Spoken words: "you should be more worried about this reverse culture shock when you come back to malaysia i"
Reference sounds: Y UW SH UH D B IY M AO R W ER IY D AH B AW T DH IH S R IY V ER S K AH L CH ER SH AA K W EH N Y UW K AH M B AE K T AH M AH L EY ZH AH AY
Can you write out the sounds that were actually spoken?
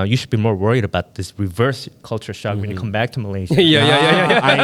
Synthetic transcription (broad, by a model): Y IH SH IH D B IY M AO R W ER IY D AH B AW T DH IH S R IY V ER S K AH L CH ER SH AA K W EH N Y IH K AH M B AE K T AH M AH L EY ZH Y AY